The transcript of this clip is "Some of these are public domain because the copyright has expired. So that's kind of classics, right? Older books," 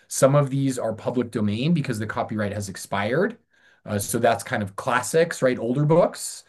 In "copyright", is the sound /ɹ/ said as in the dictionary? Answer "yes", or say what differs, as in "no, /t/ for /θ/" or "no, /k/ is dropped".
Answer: yes